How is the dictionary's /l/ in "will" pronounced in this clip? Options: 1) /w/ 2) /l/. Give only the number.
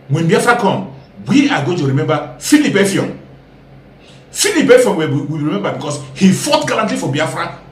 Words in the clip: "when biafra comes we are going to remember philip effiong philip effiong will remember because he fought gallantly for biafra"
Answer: 1